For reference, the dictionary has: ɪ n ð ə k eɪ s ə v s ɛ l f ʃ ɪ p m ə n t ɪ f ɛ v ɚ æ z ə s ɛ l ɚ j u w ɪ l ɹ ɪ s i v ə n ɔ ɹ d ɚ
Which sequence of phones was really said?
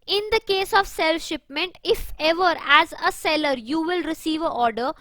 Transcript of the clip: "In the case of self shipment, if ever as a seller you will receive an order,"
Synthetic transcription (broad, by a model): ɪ n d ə k eɪ s ə v s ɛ l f ʃ ɪ p m ə n t ɪ f ɛ v ɚ æ z ə s ɛ l ɚ j u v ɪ l ɹ ɪ s i v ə ɔ ɹ d ɚ